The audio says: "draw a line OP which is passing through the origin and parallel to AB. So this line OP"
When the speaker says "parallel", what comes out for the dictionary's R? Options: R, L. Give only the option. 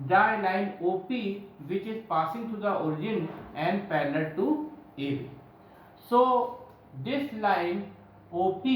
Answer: L